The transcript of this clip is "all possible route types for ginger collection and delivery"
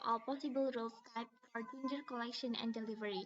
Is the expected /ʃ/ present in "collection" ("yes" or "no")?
yes